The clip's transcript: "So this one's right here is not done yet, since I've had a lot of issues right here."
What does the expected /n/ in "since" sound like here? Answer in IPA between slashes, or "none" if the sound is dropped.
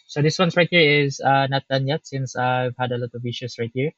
/n/